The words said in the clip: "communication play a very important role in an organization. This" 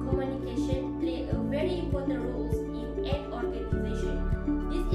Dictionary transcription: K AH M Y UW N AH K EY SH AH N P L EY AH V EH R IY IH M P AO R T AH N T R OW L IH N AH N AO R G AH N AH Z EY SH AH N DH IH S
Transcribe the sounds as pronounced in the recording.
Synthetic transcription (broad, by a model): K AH M Y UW N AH K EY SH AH N P L EY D V EH R IY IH M P AO R T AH N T R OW L IH N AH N AO R G AH N AH Z EY SH AH N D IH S